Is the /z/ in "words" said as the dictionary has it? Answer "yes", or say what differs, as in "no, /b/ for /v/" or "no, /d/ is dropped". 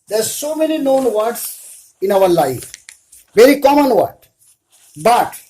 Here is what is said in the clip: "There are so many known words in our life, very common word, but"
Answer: no, /s/ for /z/